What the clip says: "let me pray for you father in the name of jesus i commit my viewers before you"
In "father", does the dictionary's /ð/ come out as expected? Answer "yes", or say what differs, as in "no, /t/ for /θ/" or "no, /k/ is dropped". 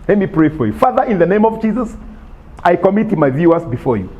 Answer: yes